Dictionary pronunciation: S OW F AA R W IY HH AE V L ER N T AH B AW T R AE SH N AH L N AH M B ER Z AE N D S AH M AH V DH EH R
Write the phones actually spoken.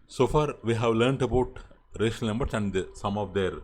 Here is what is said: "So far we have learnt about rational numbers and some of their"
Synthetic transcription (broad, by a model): S OW F AA R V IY HH AE V L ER N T AH B AW T R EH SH AH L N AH M B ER S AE N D S AH M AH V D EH R